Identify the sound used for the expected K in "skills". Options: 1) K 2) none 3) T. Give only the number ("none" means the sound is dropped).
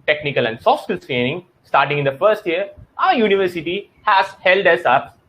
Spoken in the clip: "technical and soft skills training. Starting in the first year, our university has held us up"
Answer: 2